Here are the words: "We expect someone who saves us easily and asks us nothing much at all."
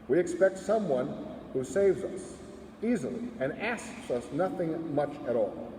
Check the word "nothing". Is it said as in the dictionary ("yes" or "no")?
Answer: yes